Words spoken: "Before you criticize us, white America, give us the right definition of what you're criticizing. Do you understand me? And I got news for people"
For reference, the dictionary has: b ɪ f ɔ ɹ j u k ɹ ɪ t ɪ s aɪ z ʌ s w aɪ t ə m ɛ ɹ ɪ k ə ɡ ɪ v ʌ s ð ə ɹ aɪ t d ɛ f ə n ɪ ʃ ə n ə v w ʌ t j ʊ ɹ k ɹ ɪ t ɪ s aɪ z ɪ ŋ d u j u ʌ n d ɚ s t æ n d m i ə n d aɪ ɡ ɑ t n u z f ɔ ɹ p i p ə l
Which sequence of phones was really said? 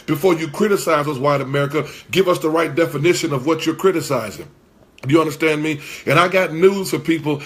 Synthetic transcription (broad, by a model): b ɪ f ɔ ɹ j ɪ k ɹ ɪ t ɪ s aɪ z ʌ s w aɪ t ə m ɛ ɹ ɪ k ə ɡ ɪ v ʌ s ð ə ɹ aɪ t d ɛ f ə n ɪ ʃ ə n ə v w ʌ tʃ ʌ ɹ k ɹ ɪ t ɪ s aɪ z ɪ ŋ j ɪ ʌ n d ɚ s t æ n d m i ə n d aɪ ɡ ɑ t n u z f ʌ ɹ p i p l